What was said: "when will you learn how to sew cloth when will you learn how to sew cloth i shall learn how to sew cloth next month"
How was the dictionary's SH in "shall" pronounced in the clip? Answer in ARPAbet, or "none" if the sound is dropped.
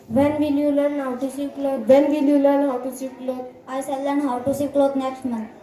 S